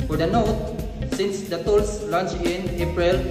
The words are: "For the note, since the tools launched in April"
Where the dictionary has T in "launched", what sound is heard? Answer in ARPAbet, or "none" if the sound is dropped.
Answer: none